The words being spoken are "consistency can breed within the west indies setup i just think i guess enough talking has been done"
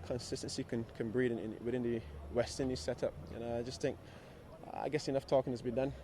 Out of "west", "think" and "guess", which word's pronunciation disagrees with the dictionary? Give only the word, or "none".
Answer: none